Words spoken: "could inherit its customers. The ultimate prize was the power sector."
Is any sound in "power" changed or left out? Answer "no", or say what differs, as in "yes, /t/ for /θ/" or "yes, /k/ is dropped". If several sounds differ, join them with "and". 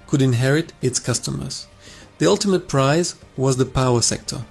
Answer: no